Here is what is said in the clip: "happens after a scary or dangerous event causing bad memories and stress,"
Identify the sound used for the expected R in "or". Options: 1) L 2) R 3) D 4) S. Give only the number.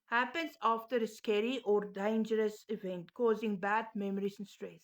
2